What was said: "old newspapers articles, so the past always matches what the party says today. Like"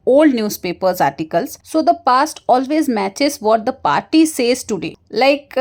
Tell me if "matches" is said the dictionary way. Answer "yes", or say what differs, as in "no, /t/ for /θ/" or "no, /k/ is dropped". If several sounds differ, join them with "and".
yes